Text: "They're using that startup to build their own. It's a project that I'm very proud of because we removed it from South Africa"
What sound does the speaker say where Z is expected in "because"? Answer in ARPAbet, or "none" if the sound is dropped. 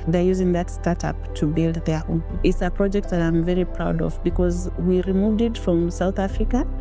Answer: Z